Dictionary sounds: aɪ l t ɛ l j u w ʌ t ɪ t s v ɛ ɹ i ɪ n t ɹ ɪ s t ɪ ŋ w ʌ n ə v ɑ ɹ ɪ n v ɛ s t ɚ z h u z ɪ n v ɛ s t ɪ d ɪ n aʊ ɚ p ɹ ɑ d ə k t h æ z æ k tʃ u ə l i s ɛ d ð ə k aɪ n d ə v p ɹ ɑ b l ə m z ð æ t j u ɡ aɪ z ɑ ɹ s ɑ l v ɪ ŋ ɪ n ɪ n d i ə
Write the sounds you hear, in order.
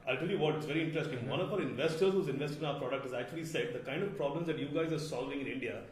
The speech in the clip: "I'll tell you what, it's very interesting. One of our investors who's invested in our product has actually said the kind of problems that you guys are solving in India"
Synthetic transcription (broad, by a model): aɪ l t ɛ l j u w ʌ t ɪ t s v ɛ ɹ i ɪ n t ɹ ɪ s t ɪ ŋ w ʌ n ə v ɑ ɹ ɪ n v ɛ s t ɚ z h u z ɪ n v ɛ s t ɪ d ɪ n aʊ ɚ p ɹ ɑ d ə k t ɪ z æ k tʃ u ə l i s ɛ d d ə k aɪ n d ə v p ɹ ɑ b l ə m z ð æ t j u ɡ aɪ z ɑ ɹ s ɑ l v ɪ ŋ ɪ n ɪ n d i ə